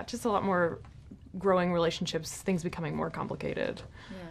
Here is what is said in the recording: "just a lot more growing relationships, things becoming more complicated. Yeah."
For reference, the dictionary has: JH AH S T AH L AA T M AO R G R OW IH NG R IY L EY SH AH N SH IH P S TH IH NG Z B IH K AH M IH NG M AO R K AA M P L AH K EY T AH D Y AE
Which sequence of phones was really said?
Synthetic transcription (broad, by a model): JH AH S T AH L AA T M AO R G R OW IH NG R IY L EY SH N SH IH P S TH IH NG Z B IH K AH M IH NG M AO R K AA M P L AH K EY T AH D